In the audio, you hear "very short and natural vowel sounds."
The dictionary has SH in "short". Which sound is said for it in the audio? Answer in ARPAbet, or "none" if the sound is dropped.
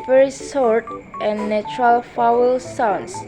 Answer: S